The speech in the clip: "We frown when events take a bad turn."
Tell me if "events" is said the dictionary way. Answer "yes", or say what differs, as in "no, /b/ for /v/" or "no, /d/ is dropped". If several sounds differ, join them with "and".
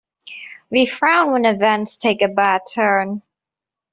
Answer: yes